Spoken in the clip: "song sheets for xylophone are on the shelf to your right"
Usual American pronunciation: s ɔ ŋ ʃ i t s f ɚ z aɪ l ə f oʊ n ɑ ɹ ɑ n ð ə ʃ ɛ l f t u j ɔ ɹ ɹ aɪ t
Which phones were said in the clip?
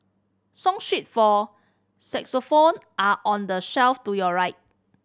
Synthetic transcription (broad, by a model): s ɔ ŋ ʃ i t f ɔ s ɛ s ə f oʊ n ɑ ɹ ɑ n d ə ʃ ɛ l f t u j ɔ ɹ ɹ aɪ t